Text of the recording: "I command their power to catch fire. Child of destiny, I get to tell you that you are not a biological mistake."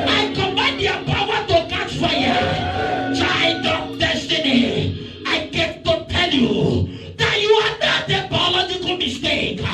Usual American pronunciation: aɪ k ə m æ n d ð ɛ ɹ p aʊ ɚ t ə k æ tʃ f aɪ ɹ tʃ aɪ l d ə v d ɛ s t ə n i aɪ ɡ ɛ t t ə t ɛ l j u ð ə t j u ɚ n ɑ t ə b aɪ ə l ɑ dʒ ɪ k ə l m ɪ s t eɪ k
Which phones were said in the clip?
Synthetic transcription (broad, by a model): aɪ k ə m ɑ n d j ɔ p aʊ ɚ t ə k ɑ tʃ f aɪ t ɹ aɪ n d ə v d ɛ s t ə n i aɪ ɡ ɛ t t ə t ɛ l j u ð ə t j u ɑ n ɑ t ə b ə l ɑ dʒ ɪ k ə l m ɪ s t eɪ k